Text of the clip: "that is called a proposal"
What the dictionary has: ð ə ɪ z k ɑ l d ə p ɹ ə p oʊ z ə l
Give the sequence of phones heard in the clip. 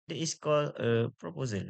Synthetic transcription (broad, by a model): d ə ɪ s k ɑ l ə p ɹ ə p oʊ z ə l